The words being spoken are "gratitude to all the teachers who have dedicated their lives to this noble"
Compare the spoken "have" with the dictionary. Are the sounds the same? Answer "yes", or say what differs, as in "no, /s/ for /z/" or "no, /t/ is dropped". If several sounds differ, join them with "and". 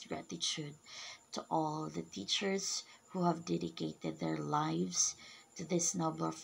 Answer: yes